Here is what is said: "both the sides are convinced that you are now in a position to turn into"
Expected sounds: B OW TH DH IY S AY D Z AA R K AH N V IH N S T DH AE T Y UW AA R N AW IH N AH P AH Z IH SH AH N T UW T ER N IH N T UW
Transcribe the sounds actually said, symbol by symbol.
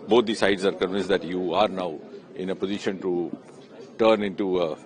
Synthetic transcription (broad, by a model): B OW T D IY S AY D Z AA R K AH N V IH N S T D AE T Y UW AA R N AW IH N AH P AH Z IH SH AH N T UW T ER N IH N T UW